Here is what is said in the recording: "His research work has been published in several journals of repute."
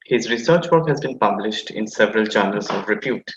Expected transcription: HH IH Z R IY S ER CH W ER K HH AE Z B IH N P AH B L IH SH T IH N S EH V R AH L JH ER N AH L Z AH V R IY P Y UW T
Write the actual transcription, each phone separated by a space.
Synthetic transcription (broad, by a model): HH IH Z R IY S ER CH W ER K HH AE Z B IH N P AH B L IH SH T IH N S EH V R AH L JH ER N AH L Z AH V R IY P Y UW T